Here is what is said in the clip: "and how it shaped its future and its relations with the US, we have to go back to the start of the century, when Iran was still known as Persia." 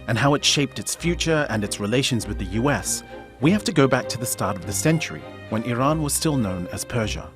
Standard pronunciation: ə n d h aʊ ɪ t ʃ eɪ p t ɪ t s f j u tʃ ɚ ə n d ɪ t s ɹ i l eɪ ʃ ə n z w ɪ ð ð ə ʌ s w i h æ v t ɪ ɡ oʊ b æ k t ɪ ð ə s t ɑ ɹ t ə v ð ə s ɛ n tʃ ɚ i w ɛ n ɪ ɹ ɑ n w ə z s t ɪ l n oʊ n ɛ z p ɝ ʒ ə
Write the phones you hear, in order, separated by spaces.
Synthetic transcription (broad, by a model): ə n h aʊ ɪ t ʃ eɪ p t ɪ t s f j u tʃ ɚ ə n ɪ t s ɹ i l eɪ ʃ ə n z w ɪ ð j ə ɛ s w i h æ f t ɪ ɡ oʊ b æ k t ɪ ð ə s t ɑ ɹ t ə v ð ə s ɛ n tʃ ɚ i w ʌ n ɪ ɹ ɑ n w ə z s t ɪ l n oʊ n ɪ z p ɝ ʒ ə